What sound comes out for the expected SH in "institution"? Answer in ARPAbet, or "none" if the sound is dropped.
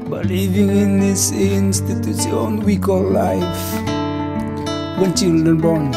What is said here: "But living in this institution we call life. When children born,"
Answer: S